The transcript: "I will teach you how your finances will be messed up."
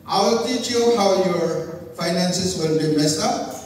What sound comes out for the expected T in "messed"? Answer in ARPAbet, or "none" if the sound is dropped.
none